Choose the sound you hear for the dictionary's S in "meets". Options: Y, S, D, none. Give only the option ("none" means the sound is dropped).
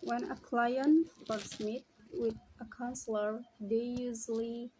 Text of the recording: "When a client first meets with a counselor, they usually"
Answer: none